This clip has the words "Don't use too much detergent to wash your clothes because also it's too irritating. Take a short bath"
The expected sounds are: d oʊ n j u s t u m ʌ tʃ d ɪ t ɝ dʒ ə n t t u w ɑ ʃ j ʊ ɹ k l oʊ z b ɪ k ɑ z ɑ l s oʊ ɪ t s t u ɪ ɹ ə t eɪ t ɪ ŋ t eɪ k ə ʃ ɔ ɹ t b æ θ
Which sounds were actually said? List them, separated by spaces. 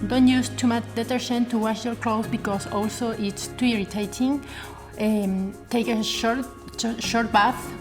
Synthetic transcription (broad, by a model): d oʊ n j u s t u m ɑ tʃ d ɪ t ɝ ʃ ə n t t u w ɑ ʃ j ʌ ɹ k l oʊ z b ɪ k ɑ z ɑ l s oʊ ɪ t s t u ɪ ɹ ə t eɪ t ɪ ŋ t eɪ k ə ʃ ɔ ɹ t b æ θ